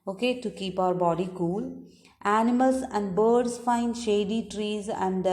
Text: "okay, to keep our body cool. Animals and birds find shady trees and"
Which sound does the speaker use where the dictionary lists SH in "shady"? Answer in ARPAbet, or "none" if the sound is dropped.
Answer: SH